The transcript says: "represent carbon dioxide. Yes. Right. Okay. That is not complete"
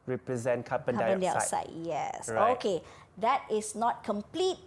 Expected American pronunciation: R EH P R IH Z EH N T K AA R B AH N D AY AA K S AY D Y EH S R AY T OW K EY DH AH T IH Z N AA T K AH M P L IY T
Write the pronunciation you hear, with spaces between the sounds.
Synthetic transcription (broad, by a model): R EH P R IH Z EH N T K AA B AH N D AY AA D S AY Y EH S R OW K EY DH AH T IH S N AA T K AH M P L IY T